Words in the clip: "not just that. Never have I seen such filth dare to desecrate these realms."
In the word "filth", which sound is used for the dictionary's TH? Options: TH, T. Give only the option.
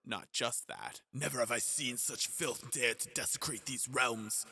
TH